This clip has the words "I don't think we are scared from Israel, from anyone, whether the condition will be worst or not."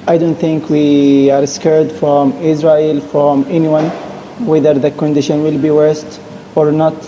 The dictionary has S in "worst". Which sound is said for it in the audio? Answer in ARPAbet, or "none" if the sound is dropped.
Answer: S